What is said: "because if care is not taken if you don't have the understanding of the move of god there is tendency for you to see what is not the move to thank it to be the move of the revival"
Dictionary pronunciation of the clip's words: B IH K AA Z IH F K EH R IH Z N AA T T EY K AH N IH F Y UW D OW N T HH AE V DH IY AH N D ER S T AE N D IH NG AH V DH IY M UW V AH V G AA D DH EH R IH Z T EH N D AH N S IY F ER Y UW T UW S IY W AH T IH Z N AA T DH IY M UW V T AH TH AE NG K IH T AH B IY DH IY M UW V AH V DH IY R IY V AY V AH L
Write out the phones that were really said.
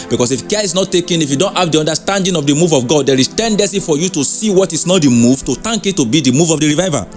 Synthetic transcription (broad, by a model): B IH K AA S IH F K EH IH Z N AA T T EY K AH N IH F Y UW D OW N T HH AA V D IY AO N D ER S T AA N D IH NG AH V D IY M UW V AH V G AA D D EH R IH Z T EH N D AH N S IY F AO Y UW T UW S IY W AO T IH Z N AA T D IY M UW V T AH T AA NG K IH T AH B IY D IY M UW V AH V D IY R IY V AY V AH